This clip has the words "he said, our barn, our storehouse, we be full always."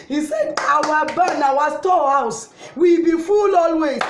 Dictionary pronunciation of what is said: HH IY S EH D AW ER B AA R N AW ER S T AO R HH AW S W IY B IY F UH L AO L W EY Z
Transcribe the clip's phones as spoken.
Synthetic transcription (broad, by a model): HH IY S EH D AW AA B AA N AW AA S T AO HH AW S W IY B IY F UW L AO L W EY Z